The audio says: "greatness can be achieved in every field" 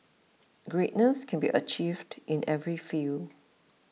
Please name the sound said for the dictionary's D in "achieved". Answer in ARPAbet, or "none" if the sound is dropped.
D